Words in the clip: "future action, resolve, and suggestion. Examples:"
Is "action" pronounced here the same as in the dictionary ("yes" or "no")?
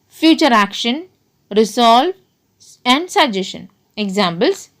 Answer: yes